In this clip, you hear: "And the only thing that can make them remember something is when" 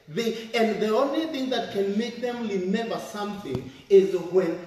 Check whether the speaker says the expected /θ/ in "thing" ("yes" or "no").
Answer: yes